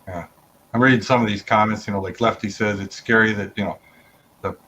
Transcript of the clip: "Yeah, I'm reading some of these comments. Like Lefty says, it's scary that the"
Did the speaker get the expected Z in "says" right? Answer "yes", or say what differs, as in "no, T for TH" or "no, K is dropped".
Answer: yes